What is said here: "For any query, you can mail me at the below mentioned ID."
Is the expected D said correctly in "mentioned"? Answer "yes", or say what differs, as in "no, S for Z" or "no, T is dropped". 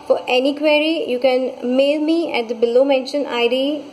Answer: no, D is dropped